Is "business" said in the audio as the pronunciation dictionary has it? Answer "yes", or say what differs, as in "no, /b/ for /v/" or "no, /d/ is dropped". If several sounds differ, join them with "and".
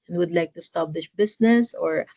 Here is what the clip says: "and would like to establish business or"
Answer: no, /s/ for /z/